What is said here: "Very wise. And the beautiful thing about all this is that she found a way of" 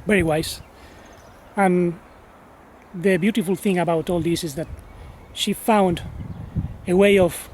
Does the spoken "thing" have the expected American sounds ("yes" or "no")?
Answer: yes